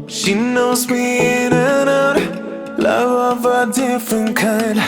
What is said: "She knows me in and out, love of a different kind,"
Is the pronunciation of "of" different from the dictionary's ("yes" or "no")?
no